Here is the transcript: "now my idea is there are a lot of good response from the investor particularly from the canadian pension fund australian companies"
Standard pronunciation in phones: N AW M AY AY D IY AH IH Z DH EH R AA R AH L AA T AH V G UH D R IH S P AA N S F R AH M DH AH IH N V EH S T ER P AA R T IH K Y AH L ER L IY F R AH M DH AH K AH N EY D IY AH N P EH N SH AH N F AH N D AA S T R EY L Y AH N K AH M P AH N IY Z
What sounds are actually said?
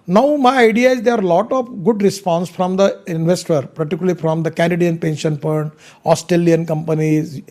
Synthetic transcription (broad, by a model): N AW M AY AY D IY AH IH Z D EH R AA R L AA T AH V G UH D R IH S P AA N S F R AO M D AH IH N V EH S T ER P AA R T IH K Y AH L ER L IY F R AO M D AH K AH N EY D IY AH N P EH N SH AH N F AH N AA S T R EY L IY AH N K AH M P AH N IY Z